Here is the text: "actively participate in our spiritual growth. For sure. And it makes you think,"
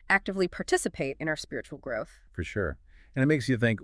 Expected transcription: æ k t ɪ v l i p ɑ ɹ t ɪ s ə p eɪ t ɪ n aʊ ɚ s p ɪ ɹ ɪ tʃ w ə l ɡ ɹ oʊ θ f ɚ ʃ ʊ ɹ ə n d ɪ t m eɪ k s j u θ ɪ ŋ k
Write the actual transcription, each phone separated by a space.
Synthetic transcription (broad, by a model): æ k t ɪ v l i p ɑ ɹ t ɪ s ə p eɪ t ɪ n aʊ ɚ s p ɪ ɹ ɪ tʃ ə l ɡ ɹ oʊ θ f ɚ ʃ ʊ ɹ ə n ɪ t m eɪ k s j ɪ θ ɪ ŋ k